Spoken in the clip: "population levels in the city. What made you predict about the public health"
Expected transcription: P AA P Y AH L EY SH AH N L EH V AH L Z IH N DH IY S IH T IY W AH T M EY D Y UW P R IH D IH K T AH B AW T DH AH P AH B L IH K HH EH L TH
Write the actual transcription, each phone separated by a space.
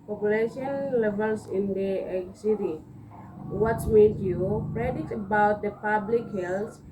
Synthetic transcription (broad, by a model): P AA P Y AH L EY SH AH N L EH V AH L S IH N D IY S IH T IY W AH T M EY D Y UW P R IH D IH T AH B AW T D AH P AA B L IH K HH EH L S